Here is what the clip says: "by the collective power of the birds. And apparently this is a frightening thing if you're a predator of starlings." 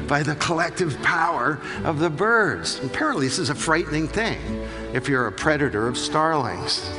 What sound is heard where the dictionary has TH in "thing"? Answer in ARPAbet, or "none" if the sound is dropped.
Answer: TH